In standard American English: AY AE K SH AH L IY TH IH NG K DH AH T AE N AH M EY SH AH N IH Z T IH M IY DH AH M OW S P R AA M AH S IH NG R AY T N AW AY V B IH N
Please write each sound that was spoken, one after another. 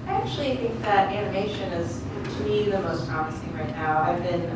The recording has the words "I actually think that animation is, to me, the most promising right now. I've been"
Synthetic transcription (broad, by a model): AY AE K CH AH L IY TH IH NG K DH AH T AE N AH M EY SH AH N IH Z T IH M IY DH AH M OW S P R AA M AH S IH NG R AY T N AW AY V B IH N